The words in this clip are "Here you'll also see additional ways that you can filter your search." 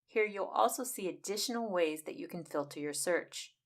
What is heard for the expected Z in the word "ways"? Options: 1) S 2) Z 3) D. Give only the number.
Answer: 2